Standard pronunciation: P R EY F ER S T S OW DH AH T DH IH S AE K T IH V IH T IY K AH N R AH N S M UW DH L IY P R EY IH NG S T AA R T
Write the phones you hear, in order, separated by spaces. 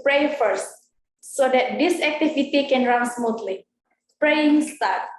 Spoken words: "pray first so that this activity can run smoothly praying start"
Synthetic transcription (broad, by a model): P R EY F ER S T S OW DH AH T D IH S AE K T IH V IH T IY K AH N R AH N S M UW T L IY P R EY IH NG S T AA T